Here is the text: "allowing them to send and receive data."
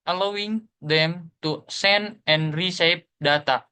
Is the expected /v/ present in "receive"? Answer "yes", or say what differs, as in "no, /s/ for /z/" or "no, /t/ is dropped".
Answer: no, /p/ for /v/